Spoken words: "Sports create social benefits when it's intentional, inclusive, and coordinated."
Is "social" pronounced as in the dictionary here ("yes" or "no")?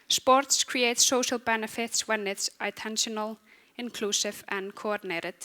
yes